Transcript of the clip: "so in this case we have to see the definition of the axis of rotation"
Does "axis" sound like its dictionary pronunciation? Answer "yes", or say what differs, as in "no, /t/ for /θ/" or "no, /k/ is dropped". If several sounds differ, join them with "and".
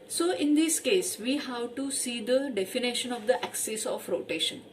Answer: yes